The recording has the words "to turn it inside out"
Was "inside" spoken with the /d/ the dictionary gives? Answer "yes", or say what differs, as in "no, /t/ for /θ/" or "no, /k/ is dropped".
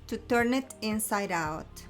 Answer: yes